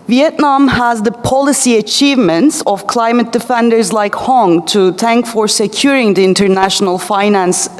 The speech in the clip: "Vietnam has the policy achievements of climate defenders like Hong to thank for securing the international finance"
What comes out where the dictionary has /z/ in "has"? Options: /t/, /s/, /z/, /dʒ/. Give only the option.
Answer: /z/